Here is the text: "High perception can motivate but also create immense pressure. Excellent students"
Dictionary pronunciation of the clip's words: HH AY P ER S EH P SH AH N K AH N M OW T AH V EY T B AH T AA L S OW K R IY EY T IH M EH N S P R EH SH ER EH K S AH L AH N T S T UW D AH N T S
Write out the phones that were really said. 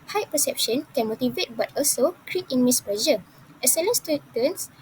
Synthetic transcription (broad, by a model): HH AY P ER S EH P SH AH N K AH N M OW T AH V EY T B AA T AA L S OW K R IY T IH M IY S P L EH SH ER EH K S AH L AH N S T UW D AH N S